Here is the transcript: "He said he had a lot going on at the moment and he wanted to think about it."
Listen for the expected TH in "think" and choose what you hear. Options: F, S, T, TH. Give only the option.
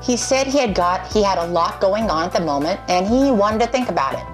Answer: TH